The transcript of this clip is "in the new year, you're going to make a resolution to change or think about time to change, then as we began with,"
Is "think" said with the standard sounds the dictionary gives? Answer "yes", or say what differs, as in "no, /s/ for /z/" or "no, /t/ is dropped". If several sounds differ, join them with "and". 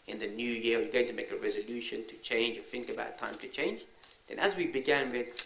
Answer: yes